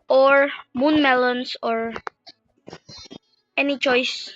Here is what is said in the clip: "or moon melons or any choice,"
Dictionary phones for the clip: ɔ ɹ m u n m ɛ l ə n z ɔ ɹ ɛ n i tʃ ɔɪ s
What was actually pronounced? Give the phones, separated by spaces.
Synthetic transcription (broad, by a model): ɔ ɹ m u n m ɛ l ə n s ɔ ɹ ɛ n i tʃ ɔɪ s